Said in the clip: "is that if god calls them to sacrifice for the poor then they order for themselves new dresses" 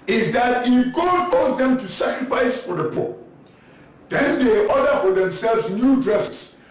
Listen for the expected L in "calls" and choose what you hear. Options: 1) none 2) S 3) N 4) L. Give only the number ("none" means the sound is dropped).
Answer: 1